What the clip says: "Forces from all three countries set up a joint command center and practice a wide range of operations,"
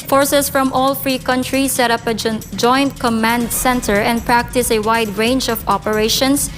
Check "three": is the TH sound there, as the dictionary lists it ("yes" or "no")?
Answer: no